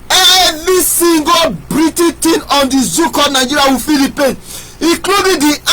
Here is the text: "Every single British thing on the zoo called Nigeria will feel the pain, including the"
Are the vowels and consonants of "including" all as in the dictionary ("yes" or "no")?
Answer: no